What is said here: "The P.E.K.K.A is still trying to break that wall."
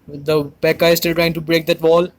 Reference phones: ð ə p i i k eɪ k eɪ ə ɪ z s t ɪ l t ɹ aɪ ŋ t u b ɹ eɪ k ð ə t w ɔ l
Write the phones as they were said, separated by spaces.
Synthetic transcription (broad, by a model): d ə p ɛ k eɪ k ə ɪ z s t ɪ l t ɹ aɪ ŋ t u b ɹ eɪ k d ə t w ɔ l